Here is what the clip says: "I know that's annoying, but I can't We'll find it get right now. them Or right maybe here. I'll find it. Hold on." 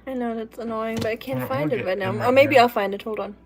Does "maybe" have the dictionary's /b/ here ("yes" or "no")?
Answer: no